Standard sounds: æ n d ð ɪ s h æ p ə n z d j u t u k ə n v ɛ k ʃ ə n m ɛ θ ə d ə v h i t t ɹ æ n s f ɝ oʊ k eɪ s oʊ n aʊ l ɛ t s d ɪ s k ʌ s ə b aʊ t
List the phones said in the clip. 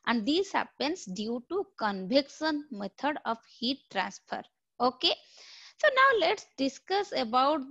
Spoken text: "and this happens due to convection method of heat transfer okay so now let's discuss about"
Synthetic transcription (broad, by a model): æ n d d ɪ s h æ p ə n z d j u t u k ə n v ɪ k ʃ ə n m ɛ t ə d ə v h i t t ɹ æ n s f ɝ oʊ k eɪ s oʊ n aʊ l ɛ t s d ɪ s k ʌ s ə b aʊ t